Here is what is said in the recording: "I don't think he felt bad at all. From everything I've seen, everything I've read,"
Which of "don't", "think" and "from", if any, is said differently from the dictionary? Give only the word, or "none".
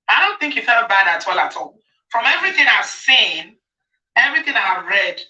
none